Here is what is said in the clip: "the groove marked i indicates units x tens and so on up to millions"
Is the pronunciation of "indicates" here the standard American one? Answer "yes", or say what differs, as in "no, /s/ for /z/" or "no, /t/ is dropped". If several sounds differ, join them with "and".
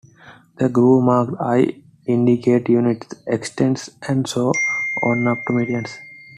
no, /s/ is dropped